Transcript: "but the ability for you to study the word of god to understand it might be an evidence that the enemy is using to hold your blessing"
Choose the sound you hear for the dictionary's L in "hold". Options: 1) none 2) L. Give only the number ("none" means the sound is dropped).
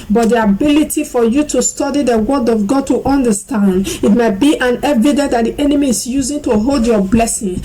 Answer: 2